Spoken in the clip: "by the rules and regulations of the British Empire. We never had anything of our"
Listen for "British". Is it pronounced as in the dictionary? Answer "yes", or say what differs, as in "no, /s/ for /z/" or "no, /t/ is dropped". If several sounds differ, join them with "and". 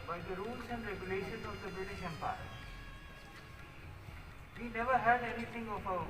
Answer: no, /ɹ/ is dropped